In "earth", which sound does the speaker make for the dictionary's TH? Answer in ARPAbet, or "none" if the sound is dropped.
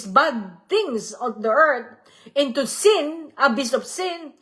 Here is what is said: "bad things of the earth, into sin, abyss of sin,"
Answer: T